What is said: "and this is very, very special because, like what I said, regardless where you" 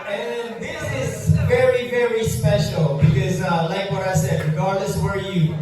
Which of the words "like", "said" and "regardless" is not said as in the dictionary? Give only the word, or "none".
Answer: regardless